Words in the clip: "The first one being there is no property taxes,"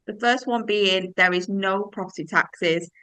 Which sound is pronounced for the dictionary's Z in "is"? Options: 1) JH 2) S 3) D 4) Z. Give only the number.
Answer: 4